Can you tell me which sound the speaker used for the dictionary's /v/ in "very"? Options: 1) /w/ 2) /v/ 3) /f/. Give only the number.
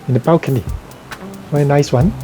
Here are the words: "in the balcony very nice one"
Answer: 1